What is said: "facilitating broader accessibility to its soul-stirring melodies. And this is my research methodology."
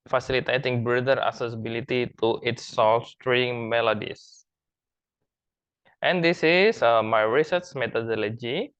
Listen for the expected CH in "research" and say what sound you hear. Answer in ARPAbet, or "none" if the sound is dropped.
S